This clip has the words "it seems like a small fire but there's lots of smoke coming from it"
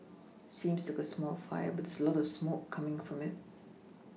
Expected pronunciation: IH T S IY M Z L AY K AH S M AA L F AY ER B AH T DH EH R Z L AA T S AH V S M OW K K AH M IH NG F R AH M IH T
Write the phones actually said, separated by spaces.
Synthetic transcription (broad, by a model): IH T S IY M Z L AY K AH S M AA L F AY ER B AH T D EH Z L AA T AH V S M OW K K AH M IH NG F R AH M IH T